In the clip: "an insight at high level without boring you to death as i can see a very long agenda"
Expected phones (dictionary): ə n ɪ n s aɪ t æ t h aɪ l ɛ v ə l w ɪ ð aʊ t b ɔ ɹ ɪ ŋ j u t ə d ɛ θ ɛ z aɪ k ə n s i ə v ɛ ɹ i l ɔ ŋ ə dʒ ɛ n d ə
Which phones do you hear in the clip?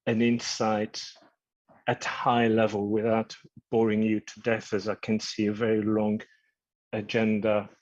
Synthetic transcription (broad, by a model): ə n ɪ n s aɪ t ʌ t h aɪ l ɛ v ə l w ɪ ð aʊ t b ɔ ɹ ɪ ŋ j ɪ t ə d ɛ θ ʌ z aɪ k ə n s i ə v ɛ ɹ i l ɔ ŋ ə dʒ ɛ n d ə